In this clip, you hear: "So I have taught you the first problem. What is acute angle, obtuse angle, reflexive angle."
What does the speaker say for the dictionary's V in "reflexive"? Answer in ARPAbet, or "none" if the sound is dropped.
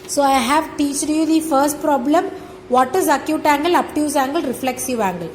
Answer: V